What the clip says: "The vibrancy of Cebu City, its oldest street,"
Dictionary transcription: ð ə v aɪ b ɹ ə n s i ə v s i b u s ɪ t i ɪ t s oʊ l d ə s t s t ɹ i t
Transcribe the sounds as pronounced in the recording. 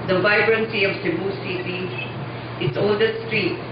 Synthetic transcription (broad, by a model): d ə v aɪ b ɹ ə n s i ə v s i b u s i s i ɪ t s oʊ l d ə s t s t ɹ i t